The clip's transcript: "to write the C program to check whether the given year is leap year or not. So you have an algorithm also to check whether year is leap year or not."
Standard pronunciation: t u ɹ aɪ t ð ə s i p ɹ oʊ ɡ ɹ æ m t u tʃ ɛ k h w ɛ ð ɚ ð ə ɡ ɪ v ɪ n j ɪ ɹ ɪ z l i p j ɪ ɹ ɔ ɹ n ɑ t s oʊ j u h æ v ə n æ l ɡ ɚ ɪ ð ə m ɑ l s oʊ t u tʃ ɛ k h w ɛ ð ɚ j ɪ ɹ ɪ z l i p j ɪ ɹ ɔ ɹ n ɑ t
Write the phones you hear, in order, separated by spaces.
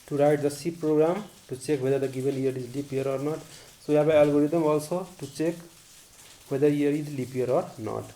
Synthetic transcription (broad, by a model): t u ɹ aɪ t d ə s i p ɹ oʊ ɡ ɹ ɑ m t u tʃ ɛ k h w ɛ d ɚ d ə ɡ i b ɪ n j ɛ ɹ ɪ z l i p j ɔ ɹ ɔ ɹ n ɑ t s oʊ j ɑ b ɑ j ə l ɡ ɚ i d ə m ɑ l s oʊ t u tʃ ɛ k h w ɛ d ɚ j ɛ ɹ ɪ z l i p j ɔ ɹ ɔ ɹ n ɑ t